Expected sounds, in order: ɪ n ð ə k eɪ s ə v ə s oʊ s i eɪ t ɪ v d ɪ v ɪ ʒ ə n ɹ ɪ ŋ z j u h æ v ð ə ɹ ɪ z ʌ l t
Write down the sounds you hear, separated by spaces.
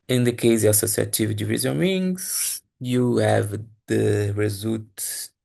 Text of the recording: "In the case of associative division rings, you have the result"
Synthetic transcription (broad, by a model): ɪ n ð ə k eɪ ə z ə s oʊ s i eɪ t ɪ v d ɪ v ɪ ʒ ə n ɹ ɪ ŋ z j u h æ v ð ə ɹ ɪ z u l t